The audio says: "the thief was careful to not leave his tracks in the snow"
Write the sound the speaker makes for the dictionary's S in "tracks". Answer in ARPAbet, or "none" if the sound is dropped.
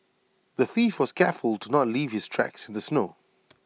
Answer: S